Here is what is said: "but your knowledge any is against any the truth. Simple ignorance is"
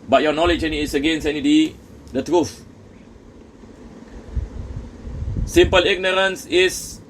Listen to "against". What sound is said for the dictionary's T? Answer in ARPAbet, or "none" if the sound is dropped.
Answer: none